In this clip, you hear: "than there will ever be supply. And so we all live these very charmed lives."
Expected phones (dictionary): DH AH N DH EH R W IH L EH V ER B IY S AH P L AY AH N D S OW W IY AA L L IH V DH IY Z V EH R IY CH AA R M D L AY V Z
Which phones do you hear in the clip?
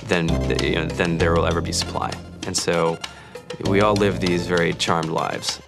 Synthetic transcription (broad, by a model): DH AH N DH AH R W IH L EH V ER B IY S AH P L AY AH N S OW W IY AA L L IH V DH IY Z V EH R IY CH AA R M D L AY V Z